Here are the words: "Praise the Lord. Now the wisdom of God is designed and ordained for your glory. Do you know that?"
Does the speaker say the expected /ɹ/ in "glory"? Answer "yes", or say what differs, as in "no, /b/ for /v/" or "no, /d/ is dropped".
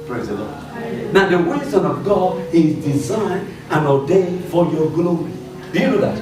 no, /ɹ/ is dropped